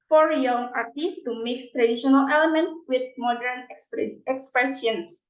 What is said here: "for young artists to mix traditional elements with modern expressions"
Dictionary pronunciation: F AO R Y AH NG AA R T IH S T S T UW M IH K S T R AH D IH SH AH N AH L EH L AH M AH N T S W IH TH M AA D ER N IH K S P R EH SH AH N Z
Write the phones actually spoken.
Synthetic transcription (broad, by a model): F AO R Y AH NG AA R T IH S S T UW M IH K S T R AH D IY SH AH N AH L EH L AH M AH N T W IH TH M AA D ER N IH K S P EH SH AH N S